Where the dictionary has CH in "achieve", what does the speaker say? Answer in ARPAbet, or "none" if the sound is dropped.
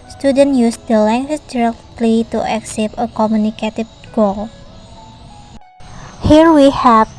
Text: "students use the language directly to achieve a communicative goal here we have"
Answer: S